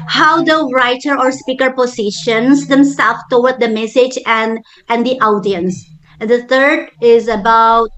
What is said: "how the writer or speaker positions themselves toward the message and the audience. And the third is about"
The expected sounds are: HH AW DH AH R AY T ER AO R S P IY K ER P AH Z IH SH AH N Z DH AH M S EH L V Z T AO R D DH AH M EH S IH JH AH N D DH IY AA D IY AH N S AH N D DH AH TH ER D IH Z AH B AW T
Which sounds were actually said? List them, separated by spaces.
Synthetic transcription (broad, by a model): HH AW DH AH R AY T ER AO R S P IY K ER P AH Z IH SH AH N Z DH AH M S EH L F T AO W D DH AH M EH S IH JH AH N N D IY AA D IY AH N S AH N D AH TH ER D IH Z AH B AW T